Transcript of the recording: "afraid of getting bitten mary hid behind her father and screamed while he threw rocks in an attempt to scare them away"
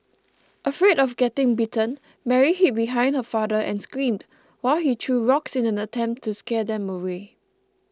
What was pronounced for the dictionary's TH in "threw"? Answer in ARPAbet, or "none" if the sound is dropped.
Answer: T